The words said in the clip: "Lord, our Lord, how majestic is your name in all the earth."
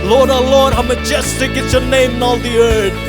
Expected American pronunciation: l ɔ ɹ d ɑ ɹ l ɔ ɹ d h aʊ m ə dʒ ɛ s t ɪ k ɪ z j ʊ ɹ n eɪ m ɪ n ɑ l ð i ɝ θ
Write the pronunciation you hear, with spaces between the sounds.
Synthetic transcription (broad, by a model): l ɔ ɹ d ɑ l ɔ ɹ d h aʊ m ə dʒ ɛ s t ɪ k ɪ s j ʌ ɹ n eɪ m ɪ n ɑ l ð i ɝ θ